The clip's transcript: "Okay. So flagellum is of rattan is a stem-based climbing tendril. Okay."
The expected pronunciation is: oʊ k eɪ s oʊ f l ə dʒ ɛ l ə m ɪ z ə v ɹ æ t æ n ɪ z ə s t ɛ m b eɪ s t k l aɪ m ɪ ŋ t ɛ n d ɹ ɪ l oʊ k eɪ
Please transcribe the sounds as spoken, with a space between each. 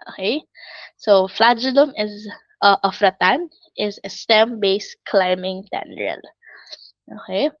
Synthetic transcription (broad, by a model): oʊ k eɪ s oʊ f l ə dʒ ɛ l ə m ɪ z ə f ɹ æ t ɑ n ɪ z ə s t ɛ m b eɪ s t k l aɪ m ɪ ŋ t ɛ n d ɹ ɪ l oʊ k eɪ